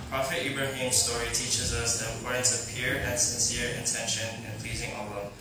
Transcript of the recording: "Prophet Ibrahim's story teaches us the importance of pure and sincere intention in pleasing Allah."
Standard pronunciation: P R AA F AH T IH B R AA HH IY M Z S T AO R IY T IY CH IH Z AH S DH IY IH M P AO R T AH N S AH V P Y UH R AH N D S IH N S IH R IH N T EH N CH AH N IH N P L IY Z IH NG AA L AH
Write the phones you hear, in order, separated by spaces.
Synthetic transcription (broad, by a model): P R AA F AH T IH B R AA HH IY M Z S T AO R IY T IY CH IH Z AH S DH IY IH M P AO R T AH N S AH V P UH R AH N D S IH N S IH R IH N T EH N SH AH N IH N P L IY Z IH NG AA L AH